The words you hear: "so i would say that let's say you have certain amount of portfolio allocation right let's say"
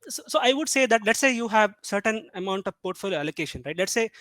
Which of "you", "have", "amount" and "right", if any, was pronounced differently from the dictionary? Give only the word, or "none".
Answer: none